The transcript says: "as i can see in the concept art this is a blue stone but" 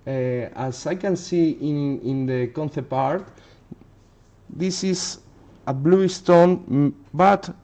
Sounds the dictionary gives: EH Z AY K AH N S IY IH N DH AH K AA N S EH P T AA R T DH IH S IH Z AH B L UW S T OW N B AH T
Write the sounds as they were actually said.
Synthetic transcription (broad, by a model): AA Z AY K AH N S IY IH N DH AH K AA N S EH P AA R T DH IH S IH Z AH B L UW S T OW N B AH T